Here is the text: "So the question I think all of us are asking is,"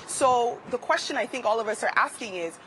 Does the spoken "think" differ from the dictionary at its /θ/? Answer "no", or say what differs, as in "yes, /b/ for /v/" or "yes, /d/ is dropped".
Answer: no